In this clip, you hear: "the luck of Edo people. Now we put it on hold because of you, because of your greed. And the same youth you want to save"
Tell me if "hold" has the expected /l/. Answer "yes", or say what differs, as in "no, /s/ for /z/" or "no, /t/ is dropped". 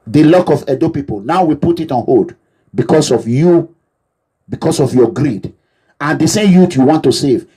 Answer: no, /l/ is dropped